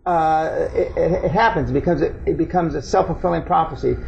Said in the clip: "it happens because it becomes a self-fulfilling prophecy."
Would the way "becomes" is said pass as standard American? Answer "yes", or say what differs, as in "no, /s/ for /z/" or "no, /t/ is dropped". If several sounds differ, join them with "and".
yes